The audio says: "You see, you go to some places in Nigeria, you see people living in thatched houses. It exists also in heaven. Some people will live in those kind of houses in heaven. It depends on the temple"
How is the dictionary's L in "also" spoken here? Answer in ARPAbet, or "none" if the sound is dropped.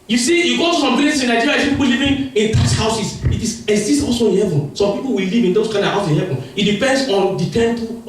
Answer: none